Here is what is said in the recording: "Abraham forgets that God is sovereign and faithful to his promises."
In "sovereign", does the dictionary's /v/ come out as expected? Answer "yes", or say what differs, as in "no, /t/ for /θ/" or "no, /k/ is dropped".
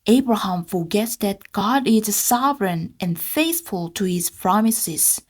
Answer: yes